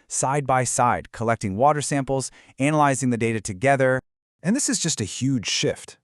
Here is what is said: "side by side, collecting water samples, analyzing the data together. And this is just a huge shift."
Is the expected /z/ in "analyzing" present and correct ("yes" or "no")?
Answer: yes